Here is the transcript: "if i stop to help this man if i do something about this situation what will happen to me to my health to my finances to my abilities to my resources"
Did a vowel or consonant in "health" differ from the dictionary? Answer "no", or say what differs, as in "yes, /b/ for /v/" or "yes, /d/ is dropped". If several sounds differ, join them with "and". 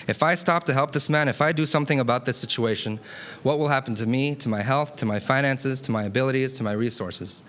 no